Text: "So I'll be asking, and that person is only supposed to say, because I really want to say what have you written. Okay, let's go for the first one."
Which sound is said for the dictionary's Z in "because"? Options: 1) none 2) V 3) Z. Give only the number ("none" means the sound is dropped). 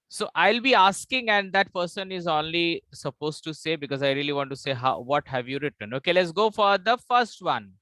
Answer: 3